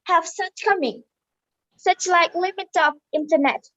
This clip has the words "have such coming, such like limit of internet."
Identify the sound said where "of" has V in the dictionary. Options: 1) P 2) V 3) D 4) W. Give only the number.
1